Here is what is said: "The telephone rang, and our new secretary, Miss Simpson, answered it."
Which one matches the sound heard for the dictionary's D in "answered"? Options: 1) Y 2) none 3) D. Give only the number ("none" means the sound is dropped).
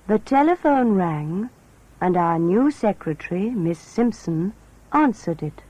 3